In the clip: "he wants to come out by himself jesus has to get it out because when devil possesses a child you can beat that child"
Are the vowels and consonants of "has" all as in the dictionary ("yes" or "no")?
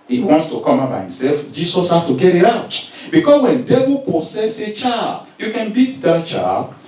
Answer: no